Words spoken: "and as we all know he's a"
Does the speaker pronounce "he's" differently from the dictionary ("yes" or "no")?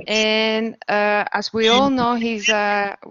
no